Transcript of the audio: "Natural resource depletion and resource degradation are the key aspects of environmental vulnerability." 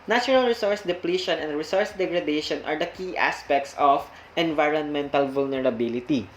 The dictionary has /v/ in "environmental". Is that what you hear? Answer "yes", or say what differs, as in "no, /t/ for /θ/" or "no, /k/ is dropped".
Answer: yes